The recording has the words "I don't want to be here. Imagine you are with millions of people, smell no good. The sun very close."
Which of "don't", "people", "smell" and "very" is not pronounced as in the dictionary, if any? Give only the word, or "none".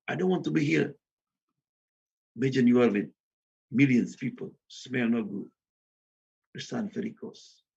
very